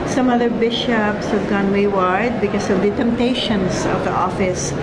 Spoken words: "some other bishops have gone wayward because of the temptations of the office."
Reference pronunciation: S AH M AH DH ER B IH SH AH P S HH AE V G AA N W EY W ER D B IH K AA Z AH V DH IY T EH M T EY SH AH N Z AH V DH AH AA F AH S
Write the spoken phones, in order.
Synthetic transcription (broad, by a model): S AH M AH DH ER B IH SH AH P S HH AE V G AA N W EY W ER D B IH K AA S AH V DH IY T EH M T EY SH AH N S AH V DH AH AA F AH S